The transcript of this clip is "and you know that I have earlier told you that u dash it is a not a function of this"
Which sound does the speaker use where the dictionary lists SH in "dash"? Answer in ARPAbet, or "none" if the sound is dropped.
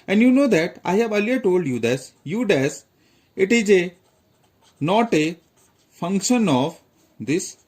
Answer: S